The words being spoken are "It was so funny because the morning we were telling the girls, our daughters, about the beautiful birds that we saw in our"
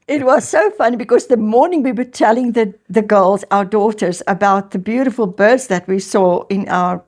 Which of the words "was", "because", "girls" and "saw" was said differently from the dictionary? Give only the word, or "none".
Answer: none